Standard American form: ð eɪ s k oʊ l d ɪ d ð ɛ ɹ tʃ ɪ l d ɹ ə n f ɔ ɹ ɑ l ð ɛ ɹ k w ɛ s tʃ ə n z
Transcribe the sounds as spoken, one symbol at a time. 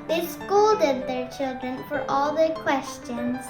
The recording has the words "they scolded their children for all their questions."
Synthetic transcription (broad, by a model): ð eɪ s k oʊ l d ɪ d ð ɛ ɹ tʃ ɪ l d ɹ ə n f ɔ ɹ ɑ l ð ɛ ɹ k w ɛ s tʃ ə n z